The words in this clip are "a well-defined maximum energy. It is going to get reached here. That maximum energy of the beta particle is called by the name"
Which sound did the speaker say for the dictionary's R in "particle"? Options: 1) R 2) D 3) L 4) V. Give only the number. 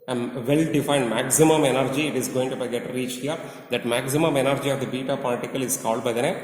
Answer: 3